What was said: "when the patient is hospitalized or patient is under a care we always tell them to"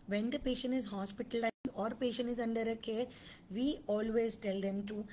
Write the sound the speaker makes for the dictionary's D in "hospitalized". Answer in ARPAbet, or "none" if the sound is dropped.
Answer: none